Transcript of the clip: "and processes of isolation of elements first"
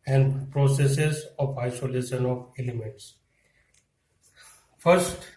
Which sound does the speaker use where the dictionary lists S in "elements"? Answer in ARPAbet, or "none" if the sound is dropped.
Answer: S